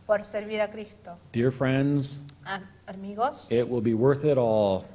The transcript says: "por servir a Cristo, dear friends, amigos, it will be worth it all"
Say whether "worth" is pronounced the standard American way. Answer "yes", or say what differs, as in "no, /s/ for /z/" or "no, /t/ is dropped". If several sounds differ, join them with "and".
yes